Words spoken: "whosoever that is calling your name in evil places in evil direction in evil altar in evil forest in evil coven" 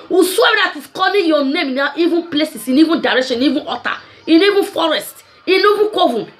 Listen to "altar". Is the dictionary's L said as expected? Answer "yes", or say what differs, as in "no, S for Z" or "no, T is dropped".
no, L is dropped